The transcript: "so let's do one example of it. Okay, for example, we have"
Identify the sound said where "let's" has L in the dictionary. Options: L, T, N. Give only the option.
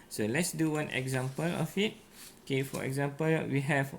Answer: L